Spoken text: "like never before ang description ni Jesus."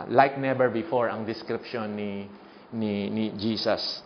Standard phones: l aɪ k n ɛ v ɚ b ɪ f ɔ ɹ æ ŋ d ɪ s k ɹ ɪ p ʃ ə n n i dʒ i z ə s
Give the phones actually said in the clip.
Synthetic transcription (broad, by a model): l aɪ k n ɛ b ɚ b ɪ f ɔ ɹ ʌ ŋ d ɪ s k ɹ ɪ p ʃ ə n n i dʒ i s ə s